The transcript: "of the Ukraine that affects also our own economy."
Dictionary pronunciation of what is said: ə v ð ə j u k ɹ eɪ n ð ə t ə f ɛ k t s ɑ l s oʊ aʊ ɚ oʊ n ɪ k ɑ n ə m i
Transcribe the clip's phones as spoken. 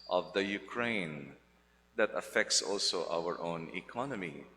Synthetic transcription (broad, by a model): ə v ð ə j u k ɹ eɪ n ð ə t ə f ɛ k t s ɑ l s oʊ aʊ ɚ oʊ n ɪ k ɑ n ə m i